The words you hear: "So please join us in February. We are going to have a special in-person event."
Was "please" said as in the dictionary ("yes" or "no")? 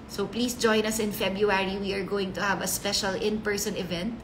no